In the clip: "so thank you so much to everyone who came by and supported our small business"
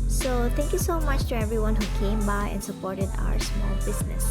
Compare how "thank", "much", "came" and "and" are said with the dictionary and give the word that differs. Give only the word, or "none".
thank